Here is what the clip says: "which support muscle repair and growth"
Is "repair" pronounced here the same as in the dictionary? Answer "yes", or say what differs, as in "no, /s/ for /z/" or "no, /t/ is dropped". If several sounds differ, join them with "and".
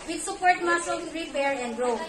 no, /b/ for /p/